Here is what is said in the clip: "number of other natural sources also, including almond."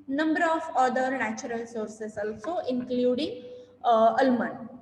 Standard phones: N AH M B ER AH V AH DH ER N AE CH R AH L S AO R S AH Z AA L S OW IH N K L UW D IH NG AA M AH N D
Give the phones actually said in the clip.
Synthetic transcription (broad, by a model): N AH M B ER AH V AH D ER N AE CH R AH L S AO R S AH S AA L S OW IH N K L UW D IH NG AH M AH N